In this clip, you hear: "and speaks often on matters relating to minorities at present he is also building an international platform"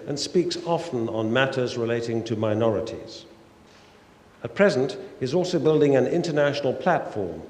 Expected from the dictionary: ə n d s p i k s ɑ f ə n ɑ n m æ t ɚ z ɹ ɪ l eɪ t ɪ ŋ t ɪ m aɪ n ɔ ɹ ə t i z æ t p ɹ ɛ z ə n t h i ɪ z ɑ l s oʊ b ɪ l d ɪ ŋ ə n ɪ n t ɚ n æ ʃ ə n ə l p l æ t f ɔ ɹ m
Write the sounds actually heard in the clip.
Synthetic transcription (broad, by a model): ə n s p i k s ɑ f ə n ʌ n m æ t ɚ z ɹ ɪ l eɪ t ɪ ŋ t ɪ m aɪ n ɔ ɹ ə t i z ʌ t p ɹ ɛ z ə n t h i ɪ z ɑ l s oʊ b ɪ l d ɪ ŋ ə n ɪ n t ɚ n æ ʃ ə n l p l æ t f ɔ ɹ m